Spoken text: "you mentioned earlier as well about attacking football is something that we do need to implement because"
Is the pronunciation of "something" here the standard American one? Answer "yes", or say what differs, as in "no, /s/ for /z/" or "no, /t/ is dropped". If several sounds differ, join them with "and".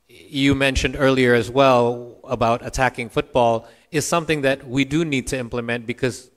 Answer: yes